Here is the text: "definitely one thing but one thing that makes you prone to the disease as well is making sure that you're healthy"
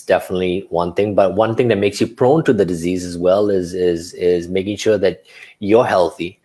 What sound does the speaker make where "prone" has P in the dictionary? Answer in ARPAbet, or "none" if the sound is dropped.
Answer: P